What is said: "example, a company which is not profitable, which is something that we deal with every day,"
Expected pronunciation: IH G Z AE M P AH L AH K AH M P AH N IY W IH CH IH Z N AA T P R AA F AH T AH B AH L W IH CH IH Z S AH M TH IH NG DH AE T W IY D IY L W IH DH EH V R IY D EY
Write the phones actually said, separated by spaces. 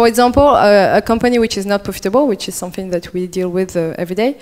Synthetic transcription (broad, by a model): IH G Z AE M P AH AH K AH M P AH N IY W IH CH IH Z N AA T P R AA F AH T AH B AH L W IH CH IH Z S AH M TH IH NG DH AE T W IY D IY L W IH DH EH V R IY D EY